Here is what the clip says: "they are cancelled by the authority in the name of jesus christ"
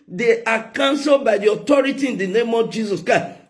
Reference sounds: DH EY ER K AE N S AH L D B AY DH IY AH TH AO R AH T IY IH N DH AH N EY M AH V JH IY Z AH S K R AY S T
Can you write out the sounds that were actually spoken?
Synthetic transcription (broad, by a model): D EY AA K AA N S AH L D B AY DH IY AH T AO R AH T IY IH N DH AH N EY M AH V JH IY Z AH S K R AY S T